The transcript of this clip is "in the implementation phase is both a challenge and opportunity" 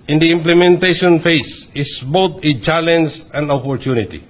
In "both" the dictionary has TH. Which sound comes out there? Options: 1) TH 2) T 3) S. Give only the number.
2